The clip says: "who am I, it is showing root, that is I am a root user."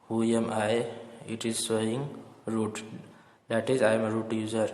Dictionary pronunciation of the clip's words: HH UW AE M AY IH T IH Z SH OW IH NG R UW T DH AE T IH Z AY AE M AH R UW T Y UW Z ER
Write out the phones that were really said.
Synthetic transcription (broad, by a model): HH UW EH M AY IH T IH Z S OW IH NG R UW T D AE T IH Z AY M AH R UW T Y UW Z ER